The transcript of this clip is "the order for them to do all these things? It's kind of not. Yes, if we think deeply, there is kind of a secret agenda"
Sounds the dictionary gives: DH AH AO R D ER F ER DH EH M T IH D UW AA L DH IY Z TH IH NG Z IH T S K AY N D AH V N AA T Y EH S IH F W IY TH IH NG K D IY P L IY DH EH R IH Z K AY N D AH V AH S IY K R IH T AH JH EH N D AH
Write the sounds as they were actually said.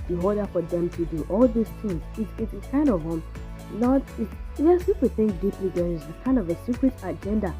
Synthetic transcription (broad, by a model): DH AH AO L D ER F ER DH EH M T IH D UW AA L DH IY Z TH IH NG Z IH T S K AY N D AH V N AA T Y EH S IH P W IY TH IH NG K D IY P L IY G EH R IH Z K AY N D AH V AH S IY K R IH T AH JH EH N D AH